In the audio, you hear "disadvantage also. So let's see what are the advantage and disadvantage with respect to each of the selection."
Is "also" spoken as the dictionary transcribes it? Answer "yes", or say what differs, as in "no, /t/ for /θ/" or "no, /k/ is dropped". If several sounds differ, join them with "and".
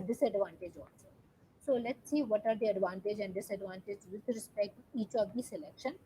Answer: no, /n/ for /l/